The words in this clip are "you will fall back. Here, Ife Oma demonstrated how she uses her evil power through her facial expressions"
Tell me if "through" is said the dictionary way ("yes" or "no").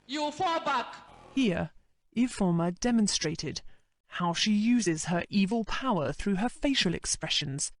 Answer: yes